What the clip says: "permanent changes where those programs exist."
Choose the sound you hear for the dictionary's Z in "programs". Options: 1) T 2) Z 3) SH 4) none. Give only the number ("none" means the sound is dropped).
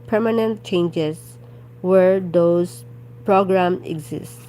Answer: 4